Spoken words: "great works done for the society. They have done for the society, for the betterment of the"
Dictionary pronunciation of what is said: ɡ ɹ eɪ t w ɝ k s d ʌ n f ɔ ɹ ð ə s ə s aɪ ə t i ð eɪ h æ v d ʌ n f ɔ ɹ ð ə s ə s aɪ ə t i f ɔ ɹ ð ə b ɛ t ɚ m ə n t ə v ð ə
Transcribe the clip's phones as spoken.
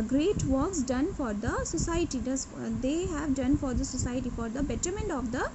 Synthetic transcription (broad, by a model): ɡ ɹ eɪ t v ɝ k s d ʌ n f ɔ ɹ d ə s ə s aɪ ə t i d eɪ h æ v d ʌ n f ɔ ɹ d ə s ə s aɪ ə t i f ɔ ɹ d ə b ɛ t ɚ m ə n t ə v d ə